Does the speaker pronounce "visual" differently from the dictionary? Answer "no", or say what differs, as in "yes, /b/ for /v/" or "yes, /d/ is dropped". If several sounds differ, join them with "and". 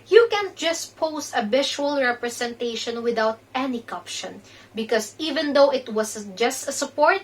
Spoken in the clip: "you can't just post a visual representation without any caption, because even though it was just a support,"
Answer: yes, /b/ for /v/ and /ʃ/ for /ʒ/